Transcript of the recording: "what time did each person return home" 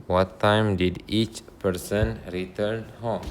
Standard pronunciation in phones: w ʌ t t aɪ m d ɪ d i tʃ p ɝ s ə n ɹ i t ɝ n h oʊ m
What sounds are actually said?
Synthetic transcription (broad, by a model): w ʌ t t aɪ m d ɪ d i tʃ p ɝ s ə n ɹ i t ɝ n h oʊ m